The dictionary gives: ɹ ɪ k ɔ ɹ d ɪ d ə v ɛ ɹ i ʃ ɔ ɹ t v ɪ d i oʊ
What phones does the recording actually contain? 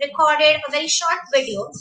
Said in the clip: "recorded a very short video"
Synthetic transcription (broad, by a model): ɹ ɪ k ɔ ɹ d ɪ d ə v ɛ ɹ i ʃ ɔ ɹ t v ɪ d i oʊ